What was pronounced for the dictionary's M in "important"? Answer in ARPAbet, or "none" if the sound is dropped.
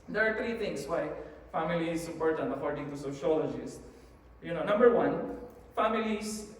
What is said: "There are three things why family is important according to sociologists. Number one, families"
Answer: none